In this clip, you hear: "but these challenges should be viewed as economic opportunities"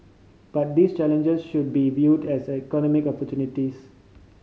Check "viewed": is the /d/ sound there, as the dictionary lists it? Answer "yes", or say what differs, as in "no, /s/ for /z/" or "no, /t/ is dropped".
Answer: yes